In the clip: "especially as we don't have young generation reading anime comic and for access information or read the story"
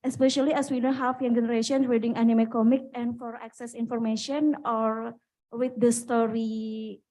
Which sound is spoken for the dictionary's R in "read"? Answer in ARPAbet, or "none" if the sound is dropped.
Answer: W